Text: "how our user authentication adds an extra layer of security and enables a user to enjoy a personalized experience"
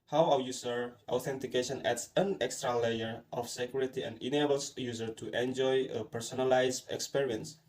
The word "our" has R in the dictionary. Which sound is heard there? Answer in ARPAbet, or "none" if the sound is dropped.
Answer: W